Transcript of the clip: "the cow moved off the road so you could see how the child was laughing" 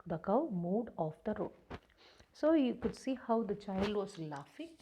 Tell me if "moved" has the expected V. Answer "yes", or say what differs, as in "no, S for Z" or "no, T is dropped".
no, V is dropped